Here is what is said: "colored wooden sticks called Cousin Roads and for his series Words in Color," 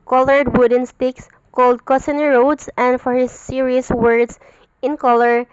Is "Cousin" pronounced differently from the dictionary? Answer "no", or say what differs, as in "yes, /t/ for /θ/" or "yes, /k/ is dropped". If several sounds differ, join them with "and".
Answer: yes, /s/ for /z/